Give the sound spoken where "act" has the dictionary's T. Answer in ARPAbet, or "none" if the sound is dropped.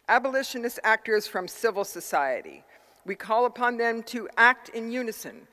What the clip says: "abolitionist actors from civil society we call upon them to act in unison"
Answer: T